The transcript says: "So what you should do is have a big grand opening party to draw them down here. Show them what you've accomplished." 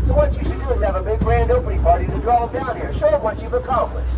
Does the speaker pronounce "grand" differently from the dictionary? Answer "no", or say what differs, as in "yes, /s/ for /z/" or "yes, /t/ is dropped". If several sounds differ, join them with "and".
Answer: no